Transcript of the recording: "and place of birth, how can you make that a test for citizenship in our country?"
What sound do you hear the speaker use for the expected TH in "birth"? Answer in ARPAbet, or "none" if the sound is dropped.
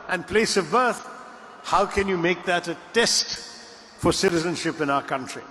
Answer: TH